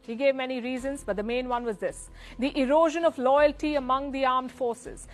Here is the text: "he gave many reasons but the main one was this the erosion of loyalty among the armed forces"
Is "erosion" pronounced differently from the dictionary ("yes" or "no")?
no